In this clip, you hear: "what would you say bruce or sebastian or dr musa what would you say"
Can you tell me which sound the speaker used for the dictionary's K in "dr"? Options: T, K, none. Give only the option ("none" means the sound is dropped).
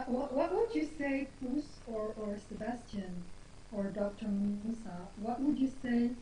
K